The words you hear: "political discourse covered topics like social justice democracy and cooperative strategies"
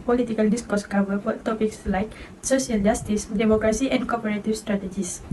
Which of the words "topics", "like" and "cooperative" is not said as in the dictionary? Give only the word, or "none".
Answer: cooperative